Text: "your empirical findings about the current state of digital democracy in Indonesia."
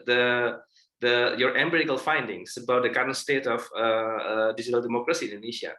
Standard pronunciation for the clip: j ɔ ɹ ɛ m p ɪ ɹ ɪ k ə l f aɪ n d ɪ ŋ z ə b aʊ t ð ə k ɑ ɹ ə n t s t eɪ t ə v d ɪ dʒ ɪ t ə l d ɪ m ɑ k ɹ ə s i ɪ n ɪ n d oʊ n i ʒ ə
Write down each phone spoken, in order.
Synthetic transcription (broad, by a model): j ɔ ɹ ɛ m b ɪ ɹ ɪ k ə l f aɪ n d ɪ ŋ s ə b aʊ t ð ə k ɑ ɹ ə n t s t eɪ t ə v d ɪ dʒ ɪ t ə l d ɪ m ɑ k ɹ ə s i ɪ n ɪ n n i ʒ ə